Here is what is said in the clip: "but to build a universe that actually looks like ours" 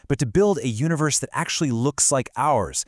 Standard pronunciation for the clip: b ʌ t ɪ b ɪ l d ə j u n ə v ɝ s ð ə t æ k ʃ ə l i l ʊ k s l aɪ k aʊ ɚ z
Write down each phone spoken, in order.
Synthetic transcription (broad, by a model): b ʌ t ɪ b ɪ l d ə j u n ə v ɝ s ð ə t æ k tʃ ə l i l ʊ k s l aɪ k aʊ ɚ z